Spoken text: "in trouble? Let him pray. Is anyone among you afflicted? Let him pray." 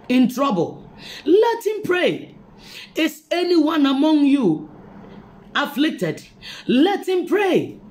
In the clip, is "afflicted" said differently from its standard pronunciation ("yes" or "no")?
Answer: no